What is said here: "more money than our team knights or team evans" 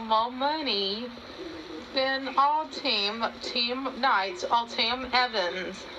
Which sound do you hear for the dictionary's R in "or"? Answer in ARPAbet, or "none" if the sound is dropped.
L